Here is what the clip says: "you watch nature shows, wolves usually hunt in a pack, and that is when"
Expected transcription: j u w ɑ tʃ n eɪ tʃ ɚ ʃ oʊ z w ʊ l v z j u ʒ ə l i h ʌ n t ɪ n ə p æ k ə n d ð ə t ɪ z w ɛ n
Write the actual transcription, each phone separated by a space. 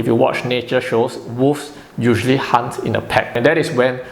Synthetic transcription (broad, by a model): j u w ɑ tʃ n eɪ tʃ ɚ ʃ oʊ s w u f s j u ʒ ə l i h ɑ n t ɪ n ə p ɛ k ə n d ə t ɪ s w ɛ n